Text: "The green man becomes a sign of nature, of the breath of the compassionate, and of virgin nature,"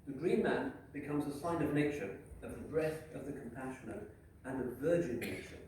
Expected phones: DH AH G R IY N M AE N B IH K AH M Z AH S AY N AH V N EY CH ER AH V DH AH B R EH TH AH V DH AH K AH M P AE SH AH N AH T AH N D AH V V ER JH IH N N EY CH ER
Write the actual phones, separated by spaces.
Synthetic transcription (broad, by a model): DH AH G R IY N M AE N B IH K AH M Z AH S AY N AH V N EY CH ER AH V DH AH B R EH TH AH V DH AH K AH M P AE SH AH N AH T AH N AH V V ER JH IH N N EY CH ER